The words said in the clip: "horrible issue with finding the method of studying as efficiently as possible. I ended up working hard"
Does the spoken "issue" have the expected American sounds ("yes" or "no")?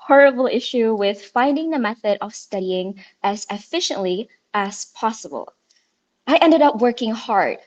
yes